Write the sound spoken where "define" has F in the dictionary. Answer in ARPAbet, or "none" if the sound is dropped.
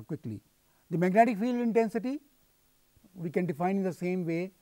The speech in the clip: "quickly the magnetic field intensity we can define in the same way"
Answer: F